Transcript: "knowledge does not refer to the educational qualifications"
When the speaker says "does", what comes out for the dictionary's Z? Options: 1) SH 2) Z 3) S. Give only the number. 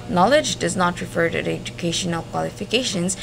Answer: 2